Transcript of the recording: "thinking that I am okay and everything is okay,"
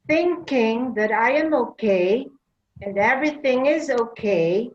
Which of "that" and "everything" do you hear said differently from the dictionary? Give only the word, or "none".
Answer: none